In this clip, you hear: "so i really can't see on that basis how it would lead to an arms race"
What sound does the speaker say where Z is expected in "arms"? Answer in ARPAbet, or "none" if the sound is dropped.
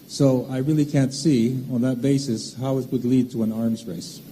Z